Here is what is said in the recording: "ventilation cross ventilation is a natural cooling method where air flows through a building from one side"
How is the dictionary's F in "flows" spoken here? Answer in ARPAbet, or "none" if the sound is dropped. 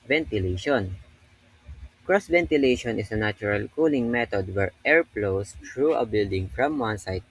P